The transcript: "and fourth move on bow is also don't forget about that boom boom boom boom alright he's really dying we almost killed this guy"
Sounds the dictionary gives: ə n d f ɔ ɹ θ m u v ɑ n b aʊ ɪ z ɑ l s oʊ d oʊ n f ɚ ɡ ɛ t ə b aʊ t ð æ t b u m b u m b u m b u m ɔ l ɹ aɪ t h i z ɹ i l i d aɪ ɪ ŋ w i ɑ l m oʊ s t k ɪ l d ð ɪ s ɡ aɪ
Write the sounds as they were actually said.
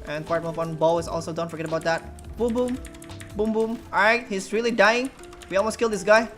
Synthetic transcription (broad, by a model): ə n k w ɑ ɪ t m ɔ f ɑ n b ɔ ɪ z ɑ l s oʊ d oʊ n f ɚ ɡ ɛ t ə b aʊ t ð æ t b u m b u m b u m b u m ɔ ɹ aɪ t h i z ɹ i l i d aɪ ɪ ŋ w i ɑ l m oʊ s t k ɪ l d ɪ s ɡ aɪ